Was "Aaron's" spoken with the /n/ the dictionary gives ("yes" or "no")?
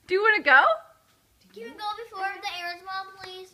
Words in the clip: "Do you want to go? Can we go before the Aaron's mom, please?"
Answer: no